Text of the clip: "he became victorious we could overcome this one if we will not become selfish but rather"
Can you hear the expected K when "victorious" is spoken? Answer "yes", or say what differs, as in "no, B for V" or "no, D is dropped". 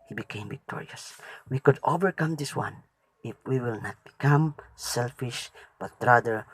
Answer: yes